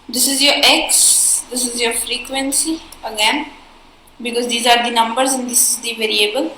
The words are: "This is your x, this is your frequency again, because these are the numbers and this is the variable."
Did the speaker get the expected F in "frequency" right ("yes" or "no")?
yes